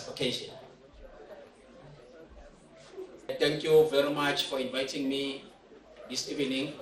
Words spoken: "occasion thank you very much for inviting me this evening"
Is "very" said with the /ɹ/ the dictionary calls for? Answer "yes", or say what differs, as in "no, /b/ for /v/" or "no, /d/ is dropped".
yes